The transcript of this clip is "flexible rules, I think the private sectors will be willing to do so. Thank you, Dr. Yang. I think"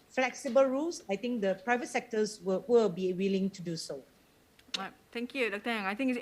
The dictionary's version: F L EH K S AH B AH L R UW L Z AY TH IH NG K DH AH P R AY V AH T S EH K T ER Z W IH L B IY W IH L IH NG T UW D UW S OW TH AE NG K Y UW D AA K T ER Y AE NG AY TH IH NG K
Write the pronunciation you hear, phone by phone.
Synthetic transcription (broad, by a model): F L EH K S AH B AH L R UW L S AY T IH NG K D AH P R AY V AH T S EH K T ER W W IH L B IY W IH L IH NG T UW D UW S OW T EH NG K Y UW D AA K T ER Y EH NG AY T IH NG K